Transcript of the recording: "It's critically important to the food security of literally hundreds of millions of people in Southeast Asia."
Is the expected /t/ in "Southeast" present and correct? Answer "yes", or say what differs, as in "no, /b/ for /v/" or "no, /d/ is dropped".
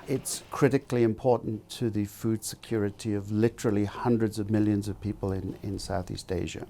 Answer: yes